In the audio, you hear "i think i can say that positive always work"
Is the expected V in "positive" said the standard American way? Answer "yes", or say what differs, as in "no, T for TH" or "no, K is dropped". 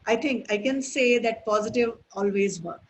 yes